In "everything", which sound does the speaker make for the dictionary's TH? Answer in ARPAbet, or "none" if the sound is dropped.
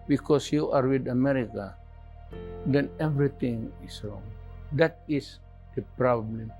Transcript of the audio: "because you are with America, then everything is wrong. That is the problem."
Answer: T